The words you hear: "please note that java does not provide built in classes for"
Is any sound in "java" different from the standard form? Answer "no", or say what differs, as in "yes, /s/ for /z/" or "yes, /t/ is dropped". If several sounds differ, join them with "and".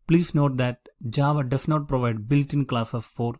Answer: no